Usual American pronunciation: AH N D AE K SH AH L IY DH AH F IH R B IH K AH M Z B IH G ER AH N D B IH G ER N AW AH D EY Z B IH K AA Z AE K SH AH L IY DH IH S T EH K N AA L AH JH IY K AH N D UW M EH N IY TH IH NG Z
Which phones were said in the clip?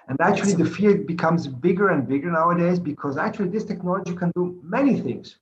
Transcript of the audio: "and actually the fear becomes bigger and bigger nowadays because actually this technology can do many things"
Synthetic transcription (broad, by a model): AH N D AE K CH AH L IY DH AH F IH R B IH K AH M Z B IH G ER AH N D B IH G ER N AW AH D EY Z B IH K AA Z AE K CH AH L IY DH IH S T EH K N AA L AH JH IY K AH N D UW M EH N IY TH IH NG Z